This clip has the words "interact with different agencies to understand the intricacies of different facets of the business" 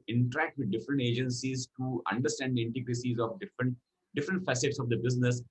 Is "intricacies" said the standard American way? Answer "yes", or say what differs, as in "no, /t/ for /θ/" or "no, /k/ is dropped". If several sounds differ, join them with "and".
no, /ɹ/ is dropped